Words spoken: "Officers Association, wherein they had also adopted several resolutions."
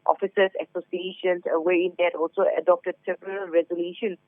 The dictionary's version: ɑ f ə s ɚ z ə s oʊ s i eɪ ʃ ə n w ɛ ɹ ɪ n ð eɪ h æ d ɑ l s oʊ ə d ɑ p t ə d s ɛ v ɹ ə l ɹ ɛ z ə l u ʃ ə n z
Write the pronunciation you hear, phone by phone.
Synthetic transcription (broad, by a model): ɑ f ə s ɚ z ə s oʊ s i eɪ ʃ ə n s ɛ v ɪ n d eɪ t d ɑ l s oʊ ə d ɑ p t ə d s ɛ p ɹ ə l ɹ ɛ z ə l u ʃ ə n